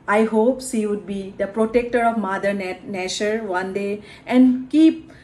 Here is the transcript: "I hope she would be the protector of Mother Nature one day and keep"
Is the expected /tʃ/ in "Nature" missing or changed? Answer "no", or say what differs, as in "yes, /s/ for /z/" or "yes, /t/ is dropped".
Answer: yes, /ʃ/ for /tʃ/